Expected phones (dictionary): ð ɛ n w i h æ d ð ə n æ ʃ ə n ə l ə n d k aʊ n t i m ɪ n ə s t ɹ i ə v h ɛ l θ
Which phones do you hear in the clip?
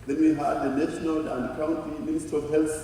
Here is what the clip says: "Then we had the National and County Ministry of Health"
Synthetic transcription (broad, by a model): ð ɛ n w i h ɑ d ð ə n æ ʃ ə n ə l ə n d k aʊ n t i m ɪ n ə s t i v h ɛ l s